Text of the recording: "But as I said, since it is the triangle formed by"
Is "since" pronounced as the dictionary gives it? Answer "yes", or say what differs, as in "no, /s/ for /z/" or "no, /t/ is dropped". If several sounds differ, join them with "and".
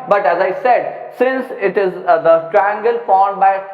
yes